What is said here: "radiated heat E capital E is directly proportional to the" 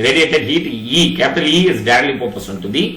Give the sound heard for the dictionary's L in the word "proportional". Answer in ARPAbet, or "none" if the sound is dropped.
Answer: N